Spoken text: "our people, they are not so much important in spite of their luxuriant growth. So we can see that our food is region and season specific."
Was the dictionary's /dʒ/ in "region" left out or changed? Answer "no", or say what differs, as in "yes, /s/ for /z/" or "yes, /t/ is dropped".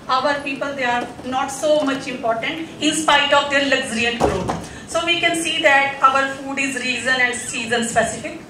yes, /z/ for /dʒ/